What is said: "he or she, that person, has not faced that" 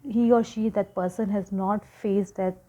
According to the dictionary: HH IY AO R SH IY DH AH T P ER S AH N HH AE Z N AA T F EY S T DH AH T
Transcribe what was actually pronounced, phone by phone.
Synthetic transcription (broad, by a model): HH IY AO R SH IY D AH T P ER S AH N HH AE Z N AA T F EY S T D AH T